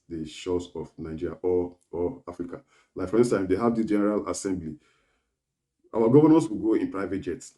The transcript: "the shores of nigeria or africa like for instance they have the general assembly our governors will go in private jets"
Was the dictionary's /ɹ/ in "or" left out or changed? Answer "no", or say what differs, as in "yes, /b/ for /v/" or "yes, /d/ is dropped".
yes, /l/ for /ɹ/